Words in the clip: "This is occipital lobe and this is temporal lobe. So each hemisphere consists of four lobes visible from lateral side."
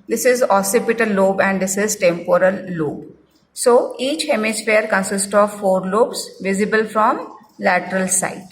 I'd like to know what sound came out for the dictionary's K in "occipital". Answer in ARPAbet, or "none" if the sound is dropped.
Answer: none